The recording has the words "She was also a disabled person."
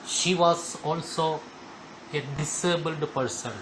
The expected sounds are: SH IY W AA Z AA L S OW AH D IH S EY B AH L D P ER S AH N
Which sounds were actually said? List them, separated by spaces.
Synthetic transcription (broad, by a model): SH IY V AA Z AA L S OW AH D IH S EY B AH L D P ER S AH N